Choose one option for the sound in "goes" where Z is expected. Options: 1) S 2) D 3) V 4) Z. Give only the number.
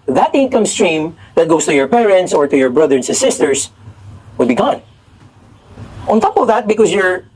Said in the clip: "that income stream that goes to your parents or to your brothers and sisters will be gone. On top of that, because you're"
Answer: 1